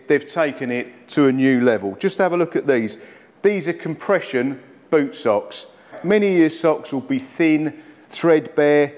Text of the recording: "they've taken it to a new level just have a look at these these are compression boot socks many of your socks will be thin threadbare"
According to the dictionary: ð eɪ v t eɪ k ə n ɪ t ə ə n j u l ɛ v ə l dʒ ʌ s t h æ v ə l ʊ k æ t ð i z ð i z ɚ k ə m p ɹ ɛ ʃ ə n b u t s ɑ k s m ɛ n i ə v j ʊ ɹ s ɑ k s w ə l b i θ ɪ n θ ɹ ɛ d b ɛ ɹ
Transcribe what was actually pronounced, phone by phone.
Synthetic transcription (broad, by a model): ð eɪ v t eɪ k ə n ɪ t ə ə n j u l ɛ v ə l dʒ ʌ s t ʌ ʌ v ə l ʊ k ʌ t ð i z ð i z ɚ k ə m p ɹ ɛ ʃ ə n b u t s ɑ k s m ɛ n i j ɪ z s ɑ k s w ə l b i θ ɪ n θ ɹ ɛ d b ɛ